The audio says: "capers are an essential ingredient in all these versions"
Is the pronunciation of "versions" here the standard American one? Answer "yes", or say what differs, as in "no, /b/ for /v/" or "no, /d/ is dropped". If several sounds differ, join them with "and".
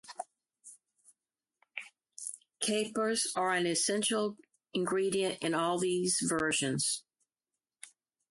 yes